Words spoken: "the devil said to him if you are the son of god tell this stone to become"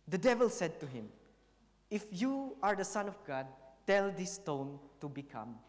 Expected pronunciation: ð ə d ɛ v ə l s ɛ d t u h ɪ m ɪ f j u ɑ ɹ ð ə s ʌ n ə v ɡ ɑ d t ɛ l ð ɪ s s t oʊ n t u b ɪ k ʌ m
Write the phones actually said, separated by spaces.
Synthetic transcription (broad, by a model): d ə d ɛ v ə l s ɛ d t u h ɪ m ɪ f j u ɑ ɹ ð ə s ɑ n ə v ɡ ɑ d t ɛ l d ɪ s s t oʊ n t u b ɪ k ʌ m